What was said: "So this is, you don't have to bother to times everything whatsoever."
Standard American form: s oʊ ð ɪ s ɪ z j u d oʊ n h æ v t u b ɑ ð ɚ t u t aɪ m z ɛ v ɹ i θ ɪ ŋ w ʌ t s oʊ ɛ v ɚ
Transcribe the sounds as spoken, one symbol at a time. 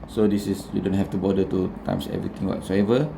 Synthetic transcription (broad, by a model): s oʊ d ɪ s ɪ s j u d oʊ n h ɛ f t u b ɑ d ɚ t u t aɪ m s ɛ v ɹ i t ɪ ŋ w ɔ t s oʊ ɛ v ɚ